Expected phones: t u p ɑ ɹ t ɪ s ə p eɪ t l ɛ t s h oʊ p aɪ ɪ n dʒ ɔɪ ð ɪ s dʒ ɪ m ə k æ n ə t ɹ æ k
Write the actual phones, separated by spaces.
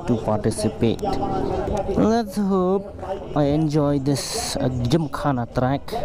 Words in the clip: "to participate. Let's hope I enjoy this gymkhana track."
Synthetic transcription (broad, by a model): t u p ɑ ɹ t ɪ s ə p eɪ t l ɛ t s h oʊ p aɪ ɪ n dʒ ɔɪ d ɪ s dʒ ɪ m k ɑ n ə t ɹ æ k